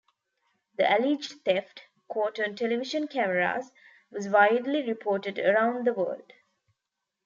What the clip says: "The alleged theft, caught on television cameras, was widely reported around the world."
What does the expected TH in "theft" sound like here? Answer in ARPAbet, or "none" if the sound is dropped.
T